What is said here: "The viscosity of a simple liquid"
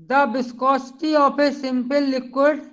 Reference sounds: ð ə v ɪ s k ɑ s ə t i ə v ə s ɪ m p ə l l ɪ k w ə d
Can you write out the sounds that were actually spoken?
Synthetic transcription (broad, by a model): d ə b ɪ s k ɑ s t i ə p ə s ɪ m p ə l l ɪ k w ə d